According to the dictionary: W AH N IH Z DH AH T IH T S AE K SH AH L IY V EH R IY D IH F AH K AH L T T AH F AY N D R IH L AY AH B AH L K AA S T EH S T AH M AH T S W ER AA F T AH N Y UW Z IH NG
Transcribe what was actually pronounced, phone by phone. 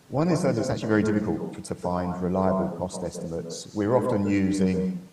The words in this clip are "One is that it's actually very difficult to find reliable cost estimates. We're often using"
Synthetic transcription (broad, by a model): W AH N IH Z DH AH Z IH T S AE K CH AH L IY V EH R IY D IH F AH K AH L T T AH F AY N D R IH L AY AH B AH L K AA S T EH S T AH M AH T S W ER AA F T AH N Y UW Z IH NG